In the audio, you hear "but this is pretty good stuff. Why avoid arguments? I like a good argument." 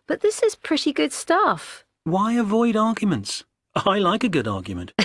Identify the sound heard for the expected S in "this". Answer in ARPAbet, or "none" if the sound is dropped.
S